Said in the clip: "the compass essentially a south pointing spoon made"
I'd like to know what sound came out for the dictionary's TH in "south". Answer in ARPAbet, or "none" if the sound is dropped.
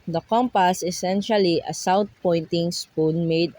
T